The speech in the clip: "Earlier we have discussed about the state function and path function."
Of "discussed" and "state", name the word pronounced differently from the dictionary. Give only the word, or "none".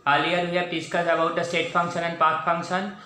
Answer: discussed